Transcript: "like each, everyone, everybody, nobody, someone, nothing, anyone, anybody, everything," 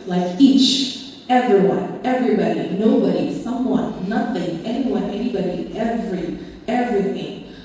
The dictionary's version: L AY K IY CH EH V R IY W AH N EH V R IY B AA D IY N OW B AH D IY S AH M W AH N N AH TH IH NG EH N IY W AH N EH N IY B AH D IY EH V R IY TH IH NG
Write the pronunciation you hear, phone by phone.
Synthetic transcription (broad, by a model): L AY K IY CH EH V R IY W AH N EH V R IY B AA D IY N OW B AH D IY S AH M W AH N N AH TH IH NG EH N IY W AH N EH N IY B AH D IY EH V R IY TH IH NG